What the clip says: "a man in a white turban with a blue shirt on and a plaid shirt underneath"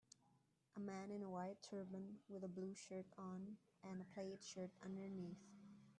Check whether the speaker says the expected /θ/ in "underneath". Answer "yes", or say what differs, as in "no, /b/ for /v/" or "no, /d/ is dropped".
yes